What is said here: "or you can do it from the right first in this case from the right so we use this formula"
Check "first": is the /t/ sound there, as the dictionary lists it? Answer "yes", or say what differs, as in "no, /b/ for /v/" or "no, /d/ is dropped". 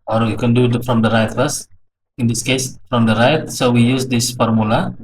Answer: no, /t/ is dropped